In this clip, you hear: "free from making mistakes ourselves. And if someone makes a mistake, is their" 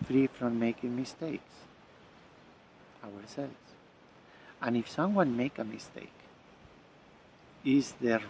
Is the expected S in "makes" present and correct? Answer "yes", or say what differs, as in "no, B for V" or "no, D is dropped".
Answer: no, S is dropped